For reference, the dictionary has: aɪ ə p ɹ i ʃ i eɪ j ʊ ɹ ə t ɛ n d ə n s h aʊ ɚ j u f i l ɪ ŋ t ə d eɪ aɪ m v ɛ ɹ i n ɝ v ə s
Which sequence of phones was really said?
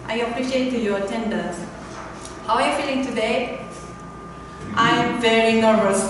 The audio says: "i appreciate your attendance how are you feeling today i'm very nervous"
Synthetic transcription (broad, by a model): aɪ ə p ɹ i ʃ i eɪ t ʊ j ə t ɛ n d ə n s h aʊ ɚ j u f i l ɪ ŋ t ə d eɪ aɪ m v ɛ ɹ i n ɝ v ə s